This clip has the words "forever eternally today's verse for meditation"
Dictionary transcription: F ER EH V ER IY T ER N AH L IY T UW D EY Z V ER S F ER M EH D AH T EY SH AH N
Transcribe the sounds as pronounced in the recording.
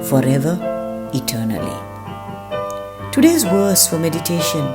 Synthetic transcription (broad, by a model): F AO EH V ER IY T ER N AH L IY T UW D EY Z W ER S F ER M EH D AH T EY SH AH N